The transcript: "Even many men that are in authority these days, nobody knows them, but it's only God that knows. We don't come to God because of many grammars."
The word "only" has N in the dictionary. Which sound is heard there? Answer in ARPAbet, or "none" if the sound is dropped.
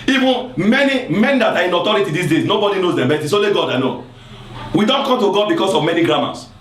none